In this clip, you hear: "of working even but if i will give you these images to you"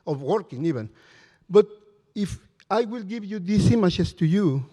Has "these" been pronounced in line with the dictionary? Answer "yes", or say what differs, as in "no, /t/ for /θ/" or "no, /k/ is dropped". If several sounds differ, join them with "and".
no, /s/ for /z/